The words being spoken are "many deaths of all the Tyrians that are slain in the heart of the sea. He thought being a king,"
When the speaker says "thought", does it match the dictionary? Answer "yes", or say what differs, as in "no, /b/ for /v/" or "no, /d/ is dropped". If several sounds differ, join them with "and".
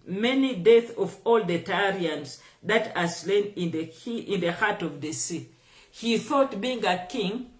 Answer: yes